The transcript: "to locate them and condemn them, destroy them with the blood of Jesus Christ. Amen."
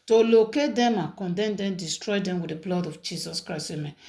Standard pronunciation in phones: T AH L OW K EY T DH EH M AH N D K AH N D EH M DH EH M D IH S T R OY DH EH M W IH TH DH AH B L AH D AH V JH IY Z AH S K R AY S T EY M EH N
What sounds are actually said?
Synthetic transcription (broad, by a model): T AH L OW K EY T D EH M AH K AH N D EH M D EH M D IH S T R OY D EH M W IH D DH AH B L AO D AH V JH IY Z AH S K R AY S EY M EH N